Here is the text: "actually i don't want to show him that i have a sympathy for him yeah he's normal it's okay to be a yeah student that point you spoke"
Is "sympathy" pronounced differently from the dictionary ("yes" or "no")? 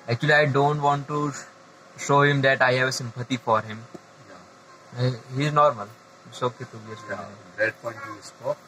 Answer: yes